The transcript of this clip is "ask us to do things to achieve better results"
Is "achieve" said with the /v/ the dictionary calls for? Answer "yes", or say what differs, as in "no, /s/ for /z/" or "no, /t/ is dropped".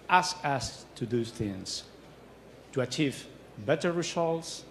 yes